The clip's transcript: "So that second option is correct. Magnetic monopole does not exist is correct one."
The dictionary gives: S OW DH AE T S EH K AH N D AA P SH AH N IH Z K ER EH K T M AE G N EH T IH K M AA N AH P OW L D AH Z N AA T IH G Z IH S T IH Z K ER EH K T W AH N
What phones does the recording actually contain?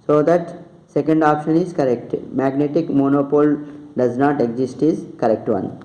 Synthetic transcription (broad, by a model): S OW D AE T S EH K AH N D AA P SH AH N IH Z K ER EH K T M AE G N EH T IH K M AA N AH P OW L D AH Z N AA T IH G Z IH S T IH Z K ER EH K T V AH N